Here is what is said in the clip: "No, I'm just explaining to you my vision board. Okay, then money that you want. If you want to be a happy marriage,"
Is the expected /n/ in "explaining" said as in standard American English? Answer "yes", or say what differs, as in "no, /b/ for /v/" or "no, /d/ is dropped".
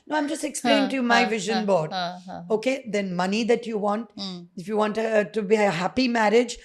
no, /n/ is dropped